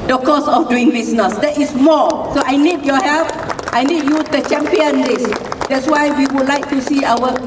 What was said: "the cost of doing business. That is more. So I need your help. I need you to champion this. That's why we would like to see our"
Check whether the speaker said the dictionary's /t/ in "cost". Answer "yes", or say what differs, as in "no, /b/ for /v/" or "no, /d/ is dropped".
no, /t/ is dropped